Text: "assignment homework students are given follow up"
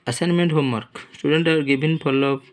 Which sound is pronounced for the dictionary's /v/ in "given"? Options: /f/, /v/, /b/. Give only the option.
/b/